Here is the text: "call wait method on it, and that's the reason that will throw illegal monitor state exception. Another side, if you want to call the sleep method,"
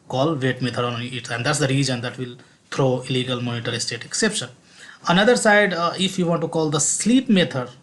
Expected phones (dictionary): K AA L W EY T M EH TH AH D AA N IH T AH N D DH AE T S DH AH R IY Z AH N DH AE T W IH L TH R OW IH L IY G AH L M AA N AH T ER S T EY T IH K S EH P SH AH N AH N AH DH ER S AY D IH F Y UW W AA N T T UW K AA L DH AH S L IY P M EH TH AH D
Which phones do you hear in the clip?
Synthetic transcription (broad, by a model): K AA L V EY T M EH T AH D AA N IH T AH N D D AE T S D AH R IY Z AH N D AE T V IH L T R OW IH L IY G AH L M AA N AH T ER S T EY T IH K S EH P SH AH N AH N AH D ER S AY D IH F Y UW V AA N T T UW K AA L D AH S L IY P M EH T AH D